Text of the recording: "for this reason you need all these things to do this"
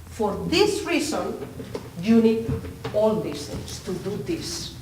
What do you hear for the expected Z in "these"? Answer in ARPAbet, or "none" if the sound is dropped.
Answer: S